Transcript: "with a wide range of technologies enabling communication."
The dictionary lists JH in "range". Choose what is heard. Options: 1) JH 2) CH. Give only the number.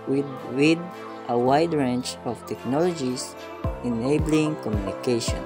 2